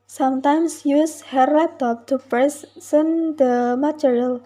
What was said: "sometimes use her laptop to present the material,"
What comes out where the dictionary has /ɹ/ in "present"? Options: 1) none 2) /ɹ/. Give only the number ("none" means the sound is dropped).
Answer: 1